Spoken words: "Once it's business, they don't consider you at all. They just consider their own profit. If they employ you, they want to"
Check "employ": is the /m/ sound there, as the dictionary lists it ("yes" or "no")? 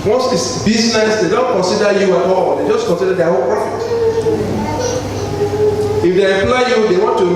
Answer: no